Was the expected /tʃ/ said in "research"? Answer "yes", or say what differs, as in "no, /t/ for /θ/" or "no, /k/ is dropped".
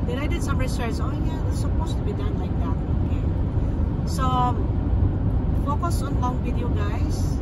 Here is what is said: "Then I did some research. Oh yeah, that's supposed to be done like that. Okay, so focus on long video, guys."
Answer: no, /s/ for /tʃ/